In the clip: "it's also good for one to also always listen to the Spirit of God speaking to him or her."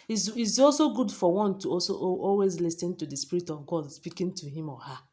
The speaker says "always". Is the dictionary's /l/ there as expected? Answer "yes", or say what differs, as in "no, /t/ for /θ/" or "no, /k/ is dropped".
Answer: yes